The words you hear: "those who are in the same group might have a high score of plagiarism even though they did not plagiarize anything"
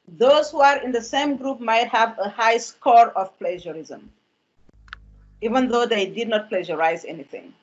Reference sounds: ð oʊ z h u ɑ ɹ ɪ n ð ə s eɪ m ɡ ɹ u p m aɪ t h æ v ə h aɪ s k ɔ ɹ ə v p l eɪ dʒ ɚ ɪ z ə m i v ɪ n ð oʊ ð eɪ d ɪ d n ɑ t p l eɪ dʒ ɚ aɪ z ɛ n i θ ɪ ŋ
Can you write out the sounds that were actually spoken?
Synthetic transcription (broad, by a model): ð oʊ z h u ɑ ɹ ɪ n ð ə s eɪ m ɡ ɹ u p m aɪ t h æ v ə h aɪ s k ɔ ɹ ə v p l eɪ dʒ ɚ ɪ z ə m i v ɪ n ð oʊ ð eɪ d ɪ d n ɑ t p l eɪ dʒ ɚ aɪ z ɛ n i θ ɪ ŋ